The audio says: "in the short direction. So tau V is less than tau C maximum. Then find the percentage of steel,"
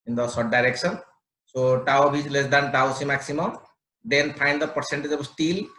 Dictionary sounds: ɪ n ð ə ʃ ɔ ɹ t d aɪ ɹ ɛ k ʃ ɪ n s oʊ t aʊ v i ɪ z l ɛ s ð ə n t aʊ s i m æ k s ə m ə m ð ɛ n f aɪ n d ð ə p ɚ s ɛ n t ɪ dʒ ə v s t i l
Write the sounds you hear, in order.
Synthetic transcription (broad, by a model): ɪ n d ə s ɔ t d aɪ ɹ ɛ k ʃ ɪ n s oʊ t aʊ b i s l ɛ s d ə n t aʊ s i m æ k s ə m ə m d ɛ n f aɪ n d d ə p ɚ s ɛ n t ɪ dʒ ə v s t i l